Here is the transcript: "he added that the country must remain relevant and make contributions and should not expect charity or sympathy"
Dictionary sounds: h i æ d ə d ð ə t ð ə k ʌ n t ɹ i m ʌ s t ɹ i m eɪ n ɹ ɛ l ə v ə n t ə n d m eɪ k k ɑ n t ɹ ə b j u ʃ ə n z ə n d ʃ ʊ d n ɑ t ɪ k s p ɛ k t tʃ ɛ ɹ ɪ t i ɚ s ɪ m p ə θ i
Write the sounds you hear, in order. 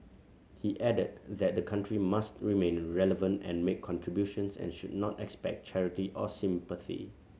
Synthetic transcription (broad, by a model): h i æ d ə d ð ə t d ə k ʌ n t ɹ i m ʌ s t ɹ i m eɪ n ɹ ɛ l ə v ə n t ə n m eɪ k k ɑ n t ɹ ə b j u ʃ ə n s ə n ʃ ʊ d n ɑ t ɪ k s p ɛ k t tʃ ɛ ɹ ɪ t i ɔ s ɪ m p ə θ i